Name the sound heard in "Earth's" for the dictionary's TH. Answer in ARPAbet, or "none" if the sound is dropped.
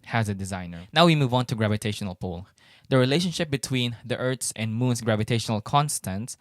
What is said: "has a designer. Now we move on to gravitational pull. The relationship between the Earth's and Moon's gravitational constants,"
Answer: T